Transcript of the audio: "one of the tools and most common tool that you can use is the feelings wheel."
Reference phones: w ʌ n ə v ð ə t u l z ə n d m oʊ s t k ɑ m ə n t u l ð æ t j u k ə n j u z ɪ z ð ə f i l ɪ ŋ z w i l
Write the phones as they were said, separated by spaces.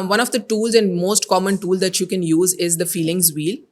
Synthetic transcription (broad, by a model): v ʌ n ə v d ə t u l z ə n d m oʊ s t k ɑ m ə n t u l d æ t j u k ə n j u z ɪ z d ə f i l ɪ ŋ z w i l